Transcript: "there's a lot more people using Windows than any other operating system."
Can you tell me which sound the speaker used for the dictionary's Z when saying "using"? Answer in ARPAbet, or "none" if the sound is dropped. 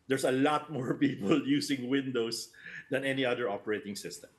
S